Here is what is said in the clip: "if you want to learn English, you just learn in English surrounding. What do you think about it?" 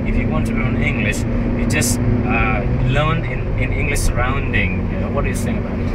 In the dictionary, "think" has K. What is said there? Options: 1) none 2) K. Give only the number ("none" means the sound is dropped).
1